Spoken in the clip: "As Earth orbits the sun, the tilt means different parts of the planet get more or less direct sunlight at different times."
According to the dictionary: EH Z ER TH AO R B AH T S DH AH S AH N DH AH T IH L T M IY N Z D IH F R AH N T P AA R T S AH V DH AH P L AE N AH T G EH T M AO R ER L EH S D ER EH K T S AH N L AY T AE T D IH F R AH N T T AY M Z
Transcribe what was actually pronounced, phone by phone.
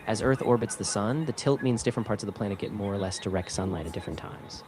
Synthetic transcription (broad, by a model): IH Z ER TH AO R B AH T S DH AH S AH N DH AH T IH L T M IY N Z D IH F R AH N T P AA R T S AH V DH AH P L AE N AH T G EH T M AO R ER L EH S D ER EH K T S AH N L AY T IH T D IH F R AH N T T AY M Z